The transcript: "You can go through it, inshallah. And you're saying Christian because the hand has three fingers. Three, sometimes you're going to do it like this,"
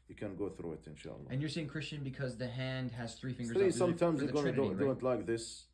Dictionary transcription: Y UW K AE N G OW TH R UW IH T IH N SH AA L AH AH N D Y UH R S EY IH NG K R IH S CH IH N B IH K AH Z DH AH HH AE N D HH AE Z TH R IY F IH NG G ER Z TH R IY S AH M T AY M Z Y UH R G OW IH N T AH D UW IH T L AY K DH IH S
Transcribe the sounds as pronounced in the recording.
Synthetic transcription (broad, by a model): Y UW K AE N G OW TH R UW IH T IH N SH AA L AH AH N Y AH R S EY IH NG K R IH S CH IH N B IH K AH Z DH AH HH AE N D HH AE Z TH R IY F IH G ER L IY S AH M T AY M Z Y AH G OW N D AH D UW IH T L AY K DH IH S